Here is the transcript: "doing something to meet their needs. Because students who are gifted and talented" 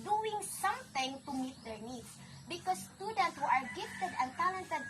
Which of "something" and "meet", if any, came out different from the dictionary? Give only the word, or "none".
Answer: something